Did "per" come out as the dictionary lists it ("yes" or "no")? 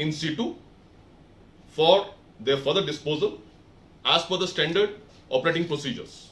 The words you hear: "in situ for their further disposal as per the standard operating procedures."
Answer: no